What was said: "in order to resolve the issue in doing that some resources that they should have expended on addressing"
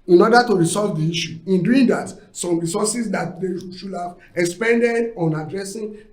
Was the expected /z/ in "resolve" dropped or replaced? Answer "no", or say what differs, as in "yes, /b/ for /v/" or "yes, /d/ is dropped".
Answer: yes, /s/ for /z/